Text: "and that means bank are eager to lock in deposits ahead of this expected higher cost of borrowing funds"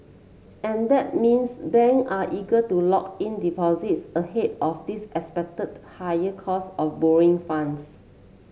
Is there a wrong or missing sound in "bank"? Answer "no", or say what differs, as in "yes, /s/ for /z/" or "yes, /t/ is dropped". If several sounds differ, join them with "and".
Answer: yes, /k/ is dropped